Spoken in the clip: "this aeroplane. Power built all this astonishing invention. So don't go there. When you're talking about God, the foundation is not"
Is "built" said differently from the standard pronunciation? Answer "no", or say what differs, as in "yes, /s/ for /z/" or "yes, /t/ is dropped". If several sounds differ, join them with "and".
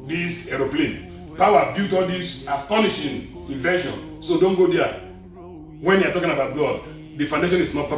yes, /l/ is dropped